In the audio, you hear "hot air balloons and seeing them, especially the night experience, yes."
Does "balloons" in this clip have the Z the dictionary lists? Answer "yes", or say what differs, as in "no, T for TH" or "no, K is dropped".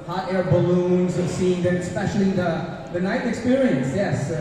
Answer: yes